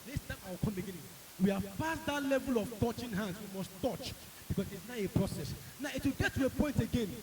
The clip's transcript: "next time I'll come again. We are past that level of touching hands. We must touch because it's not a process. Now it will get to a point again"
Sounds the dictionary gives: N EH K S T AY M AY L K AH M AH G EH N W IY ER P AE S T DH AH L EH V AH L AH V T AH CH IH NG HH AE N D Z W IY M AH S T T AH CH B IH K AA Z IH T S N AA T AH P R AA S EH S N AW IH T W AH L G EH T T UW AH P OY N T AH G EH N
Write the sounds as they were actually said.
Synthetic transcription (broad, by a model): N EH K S T AY M AY W K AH M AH G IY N W IY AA F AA S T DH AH L EH V AH L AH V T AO CH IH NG HH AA N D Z W IY M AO S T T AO CH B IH K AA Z IH T S N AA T AH P R AA S EH S N AW IH T W AH L G EH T T UW AH P OY N T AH G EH N